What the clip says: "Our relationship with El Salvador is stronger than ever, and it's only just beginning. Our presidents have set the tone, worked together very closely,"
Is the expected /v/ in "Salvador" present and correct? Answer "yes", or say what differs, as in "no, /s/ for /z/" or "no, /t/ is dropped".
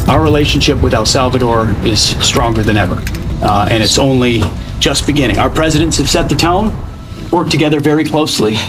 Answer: yes